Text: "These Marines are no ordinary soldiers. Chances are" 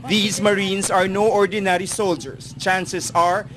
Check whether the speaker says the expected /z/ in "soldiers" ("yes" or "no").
no